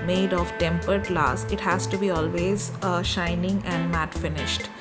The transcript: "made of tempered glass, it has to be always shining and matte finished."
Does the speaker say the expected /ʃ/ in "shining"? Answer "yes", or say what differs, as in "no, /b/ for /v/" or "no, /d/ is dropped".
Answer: yes